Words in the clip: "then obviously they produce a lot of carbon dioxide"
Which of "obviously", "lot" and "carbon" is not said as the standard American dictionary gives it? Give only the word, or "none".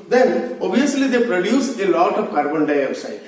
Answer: obviously